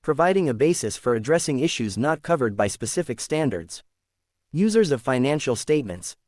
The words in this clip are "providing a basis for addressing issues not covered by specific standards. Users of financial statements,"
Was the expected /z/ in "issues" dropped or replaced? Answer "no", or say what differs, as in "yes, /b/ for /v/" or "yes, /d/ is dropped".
no